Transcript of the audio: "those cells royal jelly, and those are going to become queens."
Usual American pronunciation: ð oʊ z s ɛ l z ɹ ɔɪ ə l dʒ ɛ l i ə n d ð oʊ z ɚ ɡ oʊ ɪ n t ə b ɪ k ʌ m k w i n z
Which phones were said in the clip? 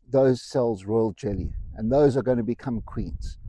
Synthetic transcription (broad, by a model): ð oʊ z s ɛ l z ɹ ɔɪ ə l dʒ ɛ l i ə n ð oʊ z ɚ ɡ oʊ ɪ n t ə b ɪ k ʌ m k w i n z